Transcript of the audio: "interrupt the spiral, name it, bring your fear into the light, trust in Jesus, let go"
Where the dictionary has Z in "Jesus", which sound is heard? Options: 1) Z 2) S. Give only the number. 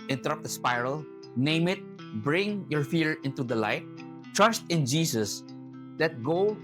2